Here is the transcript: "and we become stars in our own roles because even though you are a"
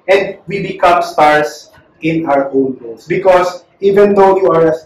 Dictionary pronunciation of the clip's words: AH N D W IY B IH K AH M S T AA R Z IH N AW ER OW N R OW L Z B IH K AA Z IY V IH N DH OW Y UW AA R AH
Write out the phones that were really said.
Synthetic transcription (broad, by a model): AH N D W IY B IH K AH M S T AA R S IH N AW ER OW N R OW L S B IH K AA S IY V IH N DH OW Y UW AA R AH